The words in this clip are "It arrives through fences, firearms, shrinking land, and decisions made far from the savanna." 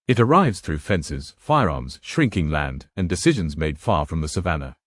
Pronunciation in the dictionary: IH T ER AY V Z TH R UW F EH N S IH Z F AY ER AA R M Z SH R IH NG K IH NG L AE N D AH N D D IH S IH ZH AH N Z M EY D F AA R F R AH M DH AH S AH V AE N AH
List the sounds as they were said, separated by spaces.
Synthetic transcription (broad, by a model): IH T ER AY V Z TH R UW F EH N S IH Z F AY ER AA R M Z SH R IH NG K IH NG L AE N D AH N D D IH S IH ZH AH N Z M EY D F AA R F R AH M DH AH S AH V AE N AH